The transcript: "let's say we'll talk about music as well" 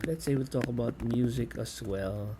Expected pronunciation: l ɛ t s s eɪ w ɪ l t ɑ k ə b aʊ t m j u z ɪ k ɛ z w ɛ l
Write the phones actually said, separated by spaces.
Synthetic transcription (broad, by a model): l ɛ t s s eɪ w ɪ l t ɑ k ə b aʊ t m j u z ɪ k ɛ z w ɛ l